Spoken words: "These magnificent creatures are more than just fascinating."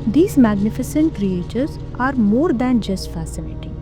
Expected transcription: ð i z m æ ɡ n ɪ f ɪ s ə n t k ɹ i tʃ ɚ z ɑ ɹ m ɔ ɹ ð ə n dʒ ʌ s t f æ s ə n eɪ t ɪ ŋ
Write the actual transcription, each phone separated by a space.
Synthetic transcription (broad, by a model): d i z m æ ɡ n ɪ f ɪ s ə n t k ɹ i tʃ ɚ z ɑ ɹ m ɔ ɹ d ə n dʒ ʌ s t f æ s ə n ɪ t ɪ